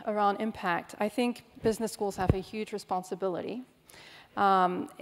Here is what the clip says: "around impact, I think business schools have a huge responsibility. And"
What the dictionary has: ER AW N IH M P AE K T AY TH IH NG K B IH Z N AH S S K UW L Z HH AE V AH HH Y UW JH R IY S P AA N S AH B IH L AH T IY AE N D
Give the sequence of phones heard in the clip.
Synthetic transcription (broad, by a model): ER AW N IH M P AE K T AY TH IH NG K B IH Z N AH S S K UW L Z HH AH V AH HH Y UW JH R IY S P AA N S AH B IH L AH T IY